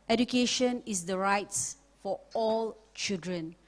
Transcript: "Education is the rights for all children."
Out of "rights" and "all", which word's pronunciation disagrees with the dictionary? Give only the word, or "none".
none